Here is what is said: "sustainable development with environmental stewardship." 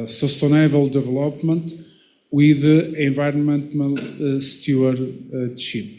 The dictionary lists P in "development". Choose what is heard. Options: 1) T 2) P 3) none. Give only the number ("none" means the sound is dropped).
2